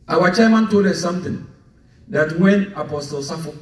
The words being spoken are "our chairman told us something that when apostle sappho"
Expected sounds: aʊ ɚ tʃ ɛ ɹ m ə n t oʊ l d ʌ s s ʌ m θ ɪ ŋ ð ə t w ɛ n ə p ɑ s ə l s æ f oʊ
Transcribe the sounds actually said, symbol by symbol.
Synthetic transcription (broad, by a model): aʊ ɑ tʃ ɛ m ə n t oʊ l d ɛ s s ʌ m t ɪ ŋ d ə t w ɛ n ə p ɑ s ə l s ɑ f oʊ